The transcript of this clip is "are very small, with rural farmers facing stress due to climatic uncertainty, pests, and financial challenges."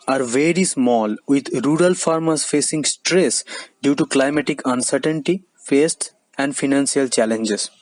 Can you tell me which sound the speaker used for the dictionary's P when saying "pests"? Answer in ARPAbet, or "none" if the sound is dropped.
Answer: F